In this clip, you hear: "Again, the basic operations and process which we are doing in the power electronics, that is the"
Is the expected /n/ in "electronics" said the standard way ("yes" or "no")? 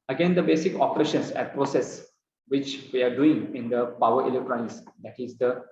no